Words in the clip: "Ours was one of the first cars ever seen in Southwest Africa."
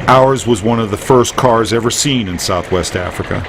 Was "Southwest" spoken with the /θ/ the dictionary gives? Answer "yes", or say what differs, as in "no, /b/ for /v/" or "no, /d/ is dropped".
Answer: yes